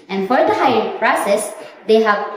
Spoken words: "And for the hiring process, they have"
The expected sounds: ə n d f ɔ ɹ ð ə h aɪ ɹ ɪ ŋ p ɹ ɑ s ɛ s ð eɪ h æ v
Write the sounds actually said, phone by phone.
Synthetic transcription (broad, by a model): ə n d f ɔ ɹ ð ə h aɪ ɪ p ɹ ɑ s ɛ s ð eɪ h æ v